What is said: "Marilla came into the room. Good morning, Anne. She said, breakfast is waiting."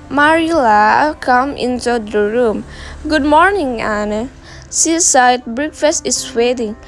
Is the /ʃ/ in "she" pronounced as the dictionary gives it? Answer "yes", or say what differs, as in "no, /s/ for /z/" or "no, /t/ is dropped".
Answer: no, /s/ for /ʃ/